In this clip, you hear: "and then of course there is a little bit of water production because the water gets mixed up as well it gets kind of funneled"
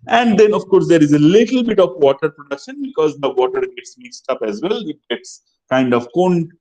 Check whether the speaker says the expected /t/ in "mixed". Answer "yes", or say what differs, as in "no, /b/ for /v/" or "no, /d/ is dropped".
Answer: yes